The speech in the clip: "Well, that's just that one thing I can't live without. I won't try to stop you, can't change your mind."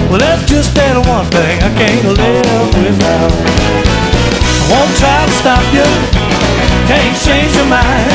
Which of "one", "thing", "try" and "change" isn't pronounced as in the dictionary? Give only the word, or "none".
none